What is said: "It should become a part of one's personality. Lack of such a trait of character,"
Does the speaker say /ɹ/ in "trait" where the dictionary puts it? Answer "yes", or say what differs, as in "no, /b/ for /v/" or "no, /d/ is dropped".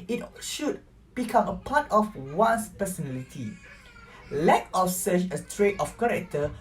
yes